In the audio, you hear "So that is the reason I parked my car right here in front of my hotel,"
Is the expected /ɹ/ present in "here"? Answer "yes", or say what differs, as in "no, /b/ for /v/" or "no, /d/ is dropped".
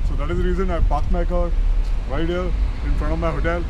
no, /l/ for /ɹ/